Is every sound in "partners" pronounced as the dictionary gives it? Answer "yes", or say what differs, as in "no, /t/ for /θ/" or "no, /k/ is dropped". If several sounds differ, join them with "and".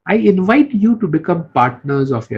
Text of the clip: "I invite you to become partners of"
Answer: yes